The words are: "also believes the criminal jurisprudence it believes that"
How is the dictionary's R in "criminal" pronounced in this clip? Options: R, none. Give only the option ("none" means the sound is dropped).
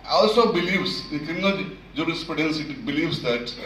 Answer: none